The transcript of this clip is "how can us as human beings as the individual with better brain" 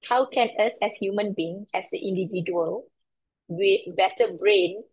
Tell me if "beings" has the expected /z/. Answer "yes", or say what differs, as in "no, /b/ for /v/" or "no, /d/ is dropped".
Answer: no, /z/ is dropped